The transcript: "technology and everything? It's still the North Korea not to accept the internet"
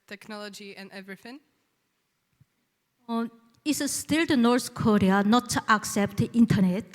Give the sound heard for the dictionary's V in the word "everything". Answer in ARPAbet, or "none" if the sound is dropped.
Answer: V